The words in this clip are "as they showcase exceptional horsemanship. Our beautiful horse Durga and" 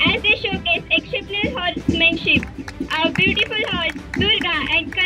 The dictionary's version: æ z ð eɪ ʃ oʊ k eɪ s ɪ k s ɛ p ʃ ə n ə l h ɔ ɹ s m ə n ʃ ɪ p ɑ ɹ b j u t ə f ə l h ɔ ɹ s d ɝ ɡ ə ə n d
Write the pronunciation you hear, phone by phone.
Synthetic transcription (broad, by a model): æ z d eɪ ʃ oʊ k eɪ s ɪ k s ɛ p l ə ə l h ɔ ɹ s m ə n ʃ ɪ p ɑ b j u t ə f ə l h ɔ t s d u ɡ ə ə n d